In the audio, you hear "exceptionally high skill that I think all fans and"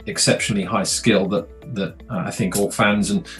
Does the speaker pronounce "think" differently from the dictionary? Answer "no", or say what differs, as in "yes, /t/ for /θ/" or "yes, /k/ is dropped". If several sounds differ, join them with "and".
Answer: no